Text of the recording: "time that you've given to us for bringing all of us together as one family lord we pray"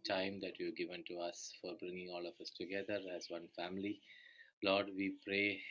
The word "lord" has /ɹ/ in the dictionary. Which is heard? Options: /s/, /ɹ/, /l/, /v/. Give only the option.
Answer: /ɹ/